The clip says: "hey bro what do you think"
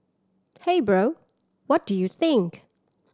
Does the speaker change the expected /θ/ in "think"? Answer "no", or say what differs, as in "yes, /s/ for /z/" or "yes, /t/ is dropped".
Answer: no